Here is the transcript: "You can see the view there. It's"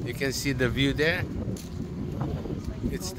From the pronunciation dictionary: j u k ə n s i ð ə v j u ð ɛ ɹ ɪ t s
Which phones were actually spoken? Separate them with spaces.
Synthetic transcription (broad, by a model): j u k ə n s i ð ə v j u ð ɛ ɹ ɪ t s